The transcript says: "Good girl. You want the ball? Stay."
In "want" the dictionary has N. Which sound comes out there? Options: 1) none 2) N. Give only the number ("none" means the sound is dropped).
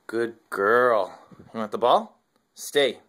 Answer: 1